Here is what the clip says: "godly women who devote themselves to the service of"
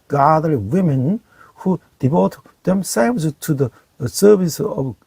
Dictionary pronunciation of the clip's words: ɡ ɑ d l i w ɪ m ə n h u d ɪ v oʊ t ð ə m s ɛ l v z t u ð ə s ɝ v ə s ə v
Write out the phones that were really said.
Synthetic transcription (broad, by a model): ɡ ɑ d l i w ɪ m ə n h u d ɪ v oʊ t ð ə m s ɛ v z t u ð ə s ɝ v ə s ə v